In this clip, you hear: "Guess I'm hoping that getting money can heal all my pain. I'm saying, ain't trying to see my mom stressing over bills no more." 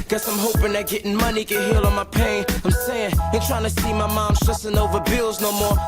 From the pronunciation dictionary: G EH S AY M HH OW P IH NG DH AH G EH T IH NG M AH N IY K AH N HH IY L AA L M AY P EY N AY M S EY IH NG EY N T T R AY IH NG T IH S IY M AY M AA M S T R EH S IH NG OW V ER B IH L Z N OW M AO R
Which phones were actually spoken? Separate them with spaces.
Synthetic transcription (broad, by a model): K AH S AY M HH OW P IH NG DH AH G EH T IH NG M AH N IY K AH N HH IY L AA N M AY P EY N AY M S EY IH NG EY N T T R AY IH NG T IH S IY M AY M AA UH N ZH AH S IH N OW V ER B IH L Z N OW M AO R